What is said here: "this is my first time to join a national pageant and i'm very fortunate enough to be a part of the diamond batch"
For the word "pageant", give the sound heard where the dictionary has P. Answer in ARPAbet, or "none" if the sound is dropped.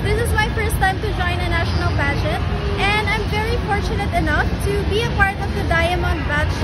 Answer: B